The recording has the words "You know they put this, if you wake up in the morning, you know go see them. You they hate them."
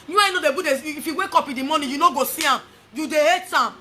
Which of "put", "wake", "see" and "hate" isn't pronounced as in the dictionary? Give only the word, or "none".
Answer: put